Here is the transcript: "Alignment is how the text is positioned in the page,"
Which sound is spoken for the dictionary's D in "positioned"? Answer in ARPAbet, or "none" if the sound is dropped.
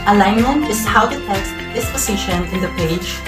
none